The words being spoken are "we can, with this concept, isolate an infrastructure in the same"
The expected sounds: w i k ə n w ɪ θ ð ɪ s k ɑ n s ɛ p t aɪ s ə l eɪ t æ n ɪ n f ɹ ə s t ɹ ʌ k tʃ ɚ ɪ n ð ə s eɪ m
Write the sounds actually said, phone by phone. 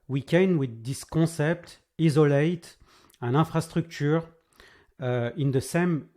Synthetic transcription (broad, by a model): w i k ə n w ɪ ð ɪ s k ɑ s ɛ p t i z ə l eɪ t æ n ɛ f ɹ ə s t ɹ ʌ k tʃ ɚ ɪ n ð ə s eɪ m